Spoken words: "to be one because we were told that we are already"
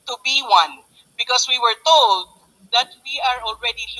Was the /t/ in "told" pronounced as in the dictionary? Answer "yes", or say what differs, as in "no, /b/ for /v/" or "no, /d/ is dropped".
yes